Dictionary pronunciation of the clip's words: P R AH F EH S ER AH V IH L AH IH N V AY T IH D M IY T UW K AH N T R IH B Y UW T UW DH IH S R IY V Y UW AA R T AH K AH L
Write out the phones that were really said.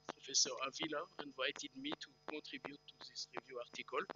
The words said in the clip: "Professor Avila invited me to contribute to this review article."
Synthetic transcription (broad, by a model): P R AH F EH S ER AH V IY L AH IH N V AY T IH D M IY T UW K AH T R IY B Y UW T UW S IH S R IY V Y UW AA R T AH K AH L